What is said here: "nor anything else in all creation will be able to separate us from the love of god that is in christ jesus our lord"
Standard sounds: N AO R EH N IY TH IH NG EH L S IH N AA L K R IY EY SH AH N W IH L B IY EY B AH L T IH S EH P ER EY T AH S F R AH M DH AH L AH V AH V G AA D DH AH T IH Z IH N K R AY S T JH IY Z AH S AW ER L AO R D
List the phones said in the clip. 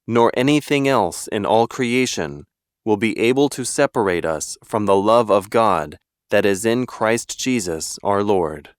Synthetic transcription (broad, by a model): N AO R EH N IY TH IH NG EH L S IH N AA L K R IY EY SH AH N W IH L B IY EY B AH L T IH S EH P ER EY T AH S F R AH M DH AH L AH V AH V G AA D DH AH T IH Z IH N K R AY S T JH IY Z AH S AW ER L AO R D